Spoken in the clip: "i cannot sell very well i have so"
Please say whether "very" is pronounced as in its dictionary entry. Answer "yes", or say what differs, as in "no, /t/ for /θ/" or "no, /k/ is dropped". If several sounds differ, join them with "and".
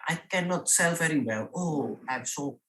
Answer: yes